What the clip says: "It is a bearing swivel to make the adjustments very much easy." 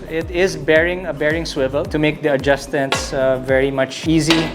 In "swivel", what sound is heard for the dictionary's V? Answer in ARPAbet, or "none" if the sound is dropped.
V